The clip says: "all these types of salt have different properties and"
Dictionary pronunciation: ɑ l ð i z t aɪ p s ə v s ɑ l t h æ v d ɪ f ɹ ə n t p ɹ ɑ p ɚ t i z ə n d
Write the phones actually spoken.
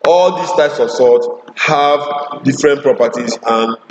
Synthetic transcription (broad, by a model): ɑ l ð i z t aɪ p s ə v s ɑ t h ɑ v d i f ɹ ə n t p ɹ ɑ p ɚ t i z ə n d